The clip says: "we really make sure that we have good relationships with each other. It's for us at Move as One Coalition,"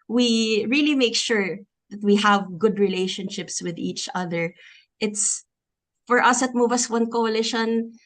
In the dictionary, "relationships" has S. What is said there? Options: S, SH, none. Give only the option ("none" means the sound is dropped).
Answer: S